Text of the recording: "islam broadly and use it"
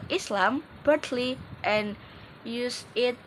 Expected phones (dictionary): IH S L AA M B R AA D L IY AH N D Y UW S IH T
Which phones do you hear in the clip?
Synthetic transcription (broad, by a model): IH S L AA M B AH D L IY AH N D Y UW S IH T